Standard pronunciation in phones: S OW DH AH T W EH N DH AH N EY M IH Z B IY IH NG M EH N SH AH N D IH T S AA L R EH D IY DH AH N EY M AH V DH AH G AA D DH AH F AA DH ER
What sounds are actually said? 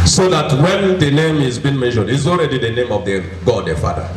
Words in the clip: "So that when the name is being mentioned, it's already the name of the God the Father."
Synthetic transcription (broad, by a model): S OW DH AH T W EH N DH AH N EY M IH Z B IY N M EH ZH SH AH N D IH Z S AA L R EH D IY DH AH N EY M AH V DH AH G AA D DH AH F AA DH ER